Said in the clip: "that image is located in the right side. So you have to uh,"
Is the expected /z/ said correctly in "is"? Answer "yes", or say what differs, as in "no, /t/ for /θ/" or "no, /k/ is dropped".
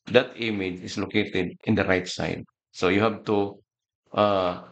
no, /s/ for /z/